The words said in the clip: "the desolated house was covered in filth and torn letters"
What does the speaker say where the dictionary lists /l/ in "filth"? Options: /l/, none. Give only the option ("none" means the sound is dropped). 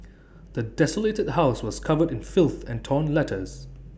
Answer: /l/